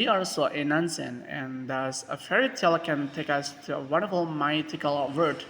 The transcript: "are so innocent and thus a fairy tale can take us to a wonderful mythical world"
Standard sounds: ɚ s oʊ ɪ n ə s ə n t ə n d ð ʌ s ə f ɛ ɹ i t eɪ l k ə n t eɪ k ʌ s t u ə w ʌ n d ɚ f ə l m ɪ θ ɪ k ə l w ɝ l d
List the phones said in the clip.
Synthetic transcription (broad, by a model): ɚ s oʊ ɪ n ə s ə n ə n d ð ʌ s ə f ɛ ɹ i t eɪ l k ə n t eɪ k ʌ s t u ə w ʌ n d ɚ f ə l m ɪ t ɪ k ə l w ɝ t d